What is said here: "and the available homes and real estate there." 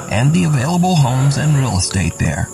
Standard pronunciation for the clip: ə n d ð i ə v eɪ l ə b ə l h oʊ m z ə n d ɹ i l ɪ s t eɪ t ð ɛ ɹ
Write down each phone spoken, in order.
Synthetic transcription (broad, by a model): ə n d ð i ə v eɪ l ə b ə l h oʊ m z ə n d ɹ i l s t eɪ t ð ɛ ɹ